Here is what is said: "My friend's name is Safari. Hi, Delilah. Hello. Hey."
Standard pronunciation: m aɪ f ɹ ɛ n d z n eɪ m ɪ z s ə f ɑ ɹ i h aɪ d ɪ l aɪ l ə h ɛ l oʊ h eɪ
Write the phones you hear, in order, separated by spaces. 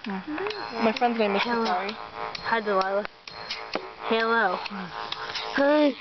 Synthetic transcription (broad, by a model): m aɪ f ɹ ɛ n d z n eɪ ɪ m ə ɑ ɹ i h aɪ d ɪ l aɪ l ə h ɛ l oʊ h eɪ